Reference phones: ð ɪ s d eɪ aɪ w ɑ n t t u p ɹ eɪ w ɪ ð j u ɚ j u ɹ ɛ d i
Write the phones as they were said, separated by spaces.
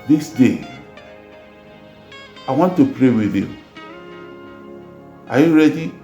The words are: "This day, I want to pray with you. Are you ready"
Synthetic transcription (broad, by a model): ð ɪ s d eɪ aɪ w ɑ n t t u p ɹ eɪ w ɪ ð j u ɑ j u ɹ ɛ d i